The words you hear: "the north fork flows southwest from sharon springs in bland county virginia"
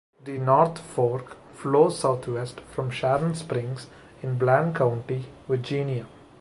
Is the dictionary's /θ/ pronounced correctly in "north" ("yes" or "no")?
no